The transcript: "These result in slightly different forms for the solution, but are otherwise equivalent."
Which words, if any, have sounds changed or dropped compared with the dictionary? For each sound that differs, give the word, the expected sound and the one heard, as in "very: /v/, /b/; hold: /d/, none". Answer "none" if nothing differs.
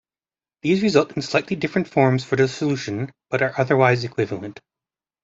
none